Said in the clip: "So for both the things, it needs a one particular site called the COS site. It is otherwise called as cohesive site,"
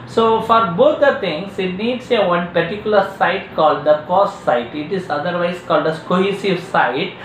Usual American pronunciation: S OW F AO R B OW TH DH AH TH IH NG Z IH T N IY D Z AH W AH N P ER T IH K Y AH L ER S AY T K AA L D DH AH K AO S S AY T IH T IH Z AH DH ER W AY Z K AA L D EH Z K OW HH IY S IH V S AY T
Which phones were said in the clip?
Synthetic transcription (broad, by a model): S OW F AO R B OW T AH T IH NG S IH T N IY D S AH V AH N P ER T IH K Y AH L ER S AY T K AA L D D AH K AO S S AY T IH T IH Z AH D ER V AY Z K AA L D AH S K OW HH IY S IH V S AY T